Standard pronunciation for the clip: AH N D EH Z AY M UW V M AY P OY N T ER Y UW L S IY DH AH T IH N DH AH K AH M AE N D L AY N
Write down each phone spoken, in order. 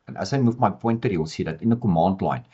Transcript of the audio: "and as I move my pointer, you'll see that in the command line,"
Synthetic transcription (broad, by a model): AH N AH S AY M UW F M AY P OY N T ER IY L S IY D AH T IH N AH K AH M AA N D L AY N